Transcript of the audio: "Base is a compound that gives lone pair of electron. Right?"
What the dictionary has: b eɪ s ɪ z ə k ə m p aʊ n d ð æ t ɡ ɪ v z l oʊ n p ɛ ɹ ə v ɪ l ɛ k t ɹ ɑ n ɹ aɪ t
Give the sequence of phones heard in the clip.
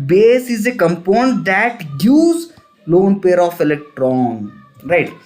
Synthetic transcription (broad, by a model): b eɪ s ɪ z ə k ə m p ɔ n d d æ t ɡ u z l oʊ n p ɛ ɹ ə f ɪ l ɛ k t ɹ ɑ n ɹ aɪ t